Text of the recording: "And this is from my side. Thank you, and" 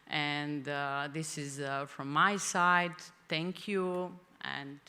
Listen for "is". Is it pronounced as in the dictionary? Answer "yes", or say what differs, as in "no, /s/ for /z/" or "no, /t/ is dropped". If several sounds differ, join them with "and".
yes